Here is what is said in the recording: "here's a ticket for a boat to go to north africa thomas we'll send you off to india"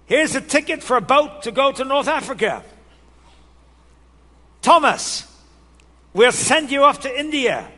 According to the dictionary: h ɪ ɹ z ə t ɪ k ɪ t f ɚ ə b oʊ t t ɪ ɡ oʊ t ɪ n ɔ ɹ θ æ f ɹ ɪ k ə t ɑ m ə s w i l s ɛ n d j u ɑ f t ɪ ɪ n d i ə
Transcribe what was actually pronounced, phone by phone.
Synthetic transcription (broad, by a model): h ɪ ɹ z ə t ɪ k ɪ t f ɚ ə b oʊ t t ɪ ɡ oʊ t ɪ n ɔ ɹ θ æ f ɹ ɪ k ə t ɑ m ə s w i l s ɛ n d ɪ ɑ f t ɪ ɪ n d i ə